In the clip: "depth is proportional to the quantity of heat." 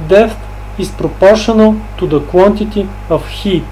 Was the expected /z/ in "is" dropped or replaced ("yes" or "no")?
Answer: yes